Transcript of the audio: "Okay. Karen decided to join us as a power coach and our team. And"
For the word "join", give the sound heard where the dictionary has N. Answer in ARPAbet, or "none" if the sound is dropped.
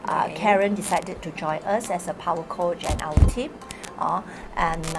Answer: none